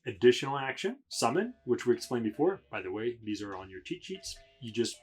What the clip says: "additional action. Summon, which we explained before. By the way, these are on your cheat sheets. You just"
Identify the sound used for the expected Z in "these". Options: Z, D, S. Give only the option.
Z